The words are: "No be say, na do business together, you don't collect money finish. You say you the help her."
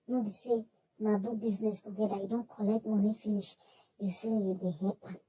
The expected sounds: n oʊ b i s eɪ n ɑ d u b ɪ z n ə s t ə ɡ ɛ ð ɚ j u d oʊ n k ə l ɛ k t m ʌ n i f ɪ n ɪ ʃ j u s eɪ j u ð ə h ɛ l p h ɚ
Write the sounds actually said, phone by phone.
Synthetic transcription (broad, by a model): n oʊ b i s eɪ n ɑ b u b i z n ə s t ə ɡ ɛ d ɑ j u d oʊ n k ə l ɛ k t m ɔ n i f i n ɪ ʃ j u s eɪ j u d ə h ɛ p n